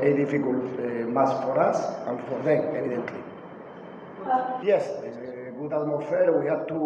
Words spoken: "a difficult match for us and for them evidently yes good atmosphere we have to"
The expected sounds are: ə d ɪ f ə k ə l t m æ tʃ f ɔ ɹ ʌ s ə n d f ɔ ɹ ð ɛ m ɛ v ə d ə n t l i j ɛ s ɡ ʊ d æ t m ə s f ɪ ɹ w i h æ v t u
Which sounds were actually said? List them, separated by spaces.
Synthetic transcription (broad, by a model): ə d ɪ f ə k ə l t m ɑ s f ɔ ɹ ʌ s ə n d f ɔ ɹ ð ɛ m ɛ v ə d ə n t l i j ɛ s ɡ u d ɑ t m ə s f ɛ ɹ w i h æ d t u